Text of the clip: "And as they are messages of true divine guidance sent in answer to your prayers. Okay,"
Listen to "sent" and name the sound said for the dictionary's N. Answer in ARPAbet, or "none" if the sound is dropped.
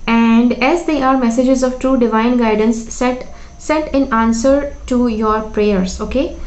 none